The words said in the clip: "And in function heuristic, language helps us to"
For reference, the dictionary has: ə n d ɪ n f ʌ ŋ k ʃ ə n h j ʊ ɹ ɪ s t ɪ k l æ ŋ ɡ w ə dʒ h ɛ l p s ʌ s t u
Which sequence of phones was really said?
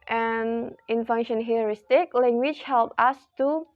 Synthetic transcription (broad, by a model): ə n ɪ n f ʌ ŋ ʃ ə n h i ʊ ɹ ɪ s t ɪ k l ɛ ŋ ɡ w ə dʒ h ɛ l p ʌ s t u